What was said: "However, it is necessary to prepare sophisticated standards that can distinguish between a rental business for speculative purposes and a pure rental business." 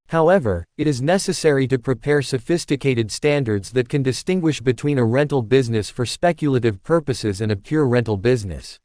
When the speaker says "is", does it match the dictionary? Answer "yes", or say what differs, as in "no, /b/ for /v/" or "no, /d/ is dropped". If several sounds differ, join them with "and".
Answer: yes